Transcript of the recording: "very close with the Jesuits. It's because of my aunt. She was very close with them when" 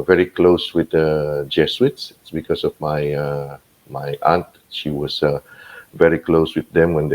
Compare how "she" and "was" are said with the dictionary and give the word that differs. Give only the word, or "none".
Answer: was